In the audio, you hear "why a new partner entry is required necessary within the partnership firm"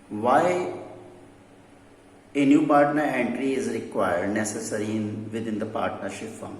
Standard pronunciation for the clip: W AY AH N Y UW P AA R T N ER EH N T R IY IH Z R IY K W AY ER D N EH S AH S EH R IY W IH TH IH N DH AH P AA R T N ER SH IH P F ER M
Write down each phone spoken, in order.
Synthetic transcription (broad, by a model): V AY AH N Y UW P AA R T N ER EH N T R IY IH Z R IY K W AY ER D N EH S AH S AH R IY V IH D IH N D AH P AA R T N ER SH IH P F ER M